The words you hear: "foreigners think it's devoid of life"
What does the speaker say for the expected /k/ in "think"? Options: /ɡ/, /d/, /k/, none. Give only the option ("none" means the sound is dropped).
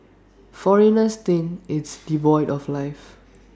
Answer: none